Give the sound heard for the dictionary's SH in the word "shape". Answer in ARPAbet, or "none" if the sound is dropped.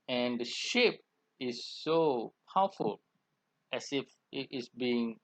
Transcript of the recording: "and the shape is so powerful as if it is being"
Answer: SH